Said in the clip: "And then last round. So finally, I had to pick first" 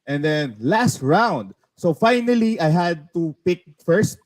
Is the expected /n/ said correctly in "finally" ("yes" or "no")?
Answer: yes